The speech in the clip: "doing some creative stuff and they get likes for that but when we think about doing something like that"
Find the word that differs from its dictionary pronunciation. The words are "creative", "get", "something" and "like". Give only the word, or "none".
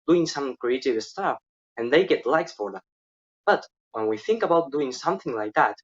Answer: none